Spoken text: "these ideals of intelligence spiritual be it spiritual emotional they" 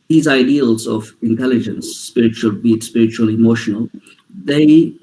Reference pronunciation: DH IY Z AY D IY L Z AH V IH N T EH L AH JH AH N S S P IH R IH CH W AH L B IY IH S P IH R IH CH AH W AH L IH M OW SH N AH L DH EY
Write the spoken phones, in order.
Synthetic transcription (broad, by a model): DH IY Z AY D IY L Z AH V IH N T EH L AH JH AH N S S P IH R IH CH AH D B IY S P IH R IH CH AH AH L IH M OW SH N AH L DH EY